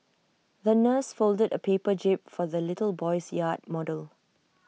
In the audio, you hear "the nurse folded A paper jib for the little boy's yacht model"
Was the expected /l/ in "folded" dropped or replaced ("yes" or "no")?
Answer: no